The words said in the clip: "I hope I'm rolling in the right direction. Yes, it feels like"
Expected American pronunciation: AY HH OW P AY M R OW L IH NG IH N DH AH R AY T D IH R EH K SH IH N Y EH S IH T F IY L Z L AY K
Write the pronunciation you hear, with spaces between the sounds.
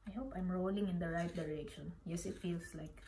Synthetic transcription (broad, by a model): AY HH OW P AY M R OW L IH NG IH N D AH R AY T D IH R EH K SH IH N Y EH S IH T F IY L S L AY K